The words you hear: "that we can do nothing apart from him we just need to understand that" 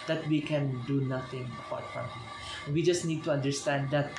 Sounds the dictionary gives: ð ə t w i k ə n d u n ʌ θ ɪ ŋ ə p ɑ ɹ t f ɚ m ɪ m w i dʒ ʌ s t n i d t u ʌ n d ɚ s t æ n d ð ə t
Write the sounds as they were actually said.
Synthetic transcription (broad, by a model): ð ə t w i k ə n d u n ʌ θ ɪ ŋ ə b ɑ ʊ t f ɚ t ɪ w i dʒ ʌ s n i d t u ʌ n d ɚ s t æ n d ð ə t